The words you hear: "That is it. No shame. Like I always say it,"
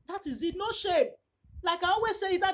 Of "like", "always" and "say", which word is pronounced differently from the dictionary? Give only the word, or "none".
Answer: always